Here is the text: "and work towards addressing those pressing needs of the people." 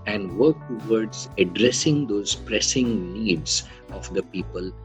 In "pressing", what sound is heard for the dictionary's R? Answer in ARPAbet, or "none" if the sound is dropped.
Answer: R